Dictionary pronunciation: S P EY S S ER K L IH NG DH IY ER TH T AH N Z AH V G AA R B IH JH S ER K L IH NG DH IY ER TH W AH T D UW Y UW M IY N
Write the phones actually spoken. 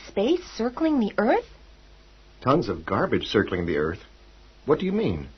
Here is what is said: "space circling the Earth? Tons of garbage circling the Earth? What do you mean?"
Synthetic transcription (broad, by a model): S P EY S S ER K L IH NG DH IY ER TH T AH N Z AH V G AA R B IH JH S ER K L IH NG DH IY ER TH W AH T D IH Y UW M IY N